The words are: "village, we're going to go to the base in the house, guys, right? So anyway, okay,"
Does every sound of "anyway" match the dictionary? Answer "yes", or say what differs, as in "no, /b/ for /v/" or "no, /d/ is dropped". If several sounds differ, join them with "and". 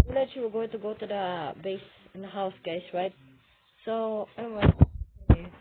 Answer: no, /n/ is dropped